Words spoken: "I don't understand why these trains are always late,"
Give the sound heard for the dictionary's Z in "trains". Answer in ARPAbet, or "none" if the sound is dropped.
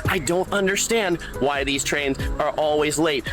Z